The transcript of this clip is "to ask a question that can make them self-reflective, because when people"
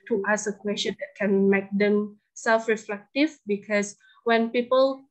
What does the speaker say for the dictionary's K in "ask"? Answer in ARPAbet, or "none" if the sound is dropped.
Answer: none